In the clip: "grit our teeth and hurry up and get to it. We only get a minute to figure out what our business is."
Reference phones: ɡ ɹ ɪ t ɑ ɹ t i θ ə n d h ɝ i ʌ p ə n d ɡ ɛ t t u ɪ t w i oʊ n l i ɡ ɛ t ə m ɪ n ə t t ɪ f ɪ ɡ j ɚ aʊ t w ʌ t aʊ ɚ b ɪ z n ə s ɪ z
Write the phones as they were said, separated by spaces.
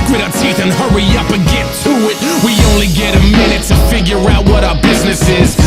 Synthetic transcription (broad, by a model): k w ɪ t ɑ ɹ t i θ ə n h ɝ i ʌ p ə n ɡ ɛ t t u ɪ t w i oʊ n l i ɡ ɛ t ə m ɪ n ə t t ɪ f ɪ ɡ j ɚ aʊ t w ʌ t aʊ ɚ b ɪ z n ə s ɪ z